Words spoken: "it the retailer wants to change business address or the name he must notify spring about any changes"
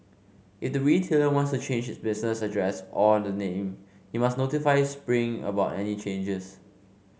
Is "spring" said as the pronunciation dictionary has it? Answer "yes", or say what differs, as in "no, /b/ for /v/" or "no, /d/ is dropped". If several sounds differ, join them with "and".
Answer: yes